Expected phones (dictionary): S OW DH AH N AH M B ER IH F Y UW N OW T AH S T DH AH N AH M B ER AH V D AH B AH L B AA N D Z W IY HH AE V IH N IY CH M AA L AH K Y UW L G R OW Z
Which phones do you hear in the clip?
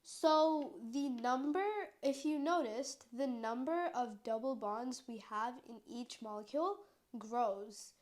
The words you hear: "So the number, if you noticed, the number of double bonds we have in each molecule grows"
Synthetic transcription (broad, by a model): S OW DH AH N AH M B ER IH F Y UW N OW T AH S DH AH N AH M B ER AH V D AH B L B AA N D Z W IY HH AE V IH N IY CH M AA L AH K Y UW L G R OW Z